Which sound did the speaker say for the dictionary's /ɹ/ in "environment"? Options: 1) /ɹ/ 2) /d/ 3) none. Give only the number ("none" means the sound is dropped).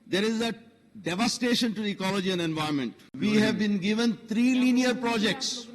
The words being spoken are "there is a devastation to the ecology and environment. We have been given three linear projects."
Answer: 3